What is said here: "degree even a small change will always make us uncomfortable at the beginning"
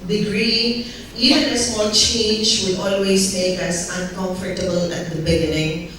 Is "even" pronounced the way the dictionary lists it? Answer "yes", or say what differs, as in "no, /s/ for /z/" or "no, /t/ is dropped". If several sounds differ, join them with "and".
no, /v/ is dropped